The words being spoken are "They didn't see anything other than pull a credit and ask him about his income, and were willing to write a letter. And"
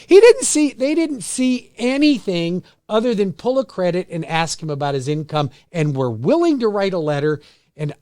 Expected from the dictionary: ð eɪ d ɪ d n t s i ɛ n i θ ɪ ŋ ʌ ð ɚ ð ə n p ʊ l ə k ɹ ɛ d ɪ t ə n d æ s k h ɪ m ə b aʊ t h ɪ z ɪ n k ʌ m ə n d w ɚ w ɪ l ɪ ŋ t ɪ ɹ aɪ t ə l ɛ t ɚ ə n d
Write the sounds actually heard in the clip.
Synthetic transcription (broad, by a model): ð eɪ d ɪ d n t s i ɛ n i θ ɪ ŋ ʌ ð ɚ ð ə n p ʊ l ə k ɹ ɛ d ɪ t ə n æ s k h ɪ m ə b aʊ t h ɪ z ɪ n k ʌ m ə n w ɚ w ɪ l ɪ ŋ t ɪ ɹ aɪ t ə l ɛ t ɚ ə n